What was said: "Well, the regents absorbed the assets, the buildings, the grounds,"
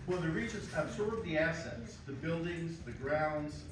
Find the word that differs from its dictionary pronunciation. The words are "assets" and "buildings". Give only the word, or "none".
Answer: none